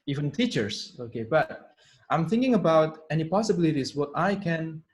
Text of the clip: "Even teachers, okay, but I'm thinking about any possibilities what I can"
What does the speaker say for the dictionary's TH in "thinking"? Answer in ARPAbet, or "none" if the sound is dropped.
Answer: TH